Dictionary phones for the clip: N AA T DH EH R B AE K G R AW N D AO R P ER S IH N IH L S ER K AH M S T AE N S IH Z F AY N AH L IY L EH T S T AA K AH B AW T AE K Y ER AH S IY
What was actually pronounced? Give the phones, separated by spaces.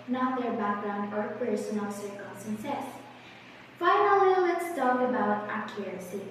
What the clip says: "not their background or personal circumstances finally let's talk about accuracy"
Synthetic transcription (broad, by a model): N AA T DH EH R B AE K G R AW N D AO R P ER S IH N IH L S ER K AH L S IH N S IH S F AY N AH L IY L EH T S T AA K AH B AW T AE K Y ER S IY